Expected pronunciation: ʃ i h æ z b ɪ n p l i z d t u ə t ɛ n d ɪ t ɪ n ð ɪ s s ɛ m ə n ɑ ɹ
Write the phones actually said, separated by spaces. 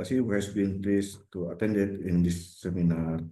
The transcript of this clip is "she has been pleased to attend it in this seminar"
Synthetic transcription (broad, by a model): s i h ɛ s b ɪ n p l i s t u ə t ɛ n d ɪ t ɪ n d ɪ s s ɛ m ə n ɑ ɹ